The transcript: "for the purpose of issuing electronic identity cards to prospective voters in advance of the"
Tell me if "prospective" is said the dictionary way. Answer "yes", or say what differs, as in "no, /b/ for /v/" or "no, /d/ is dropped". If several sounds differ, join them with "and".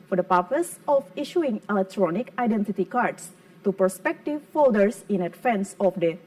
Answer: no, /ɹ/ is dropped